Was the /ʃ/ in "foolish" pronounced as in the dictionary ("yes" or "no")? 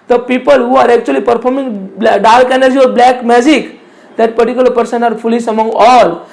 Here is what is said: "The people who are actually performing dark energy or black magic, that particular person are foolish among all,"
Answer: no